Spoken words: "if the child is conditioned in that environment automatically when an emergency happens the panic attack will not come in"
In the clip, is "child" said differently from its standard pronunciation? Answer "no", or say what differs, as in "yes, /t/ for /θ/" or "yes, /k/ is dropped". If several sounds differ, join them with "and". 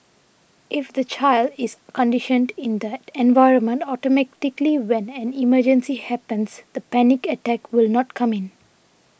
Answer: no